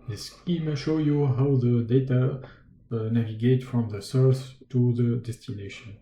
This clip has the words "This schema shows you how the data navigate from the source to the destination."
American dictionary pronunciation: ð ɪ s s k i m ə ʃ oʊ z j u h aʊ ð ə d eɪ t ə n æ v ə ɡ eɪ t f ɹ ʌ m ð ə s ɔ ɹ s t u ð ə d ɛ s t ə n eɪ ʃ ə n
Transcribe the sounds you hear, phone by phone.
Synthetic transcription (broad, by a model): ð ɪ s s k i m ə ʃ oʊ j u h aʊ ð ə d eɪ t ə n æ v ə ɡ eɪ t f ɹ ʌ m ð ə s ɔ ɹ s t u ð ə d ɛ s t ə n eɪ ʃ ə n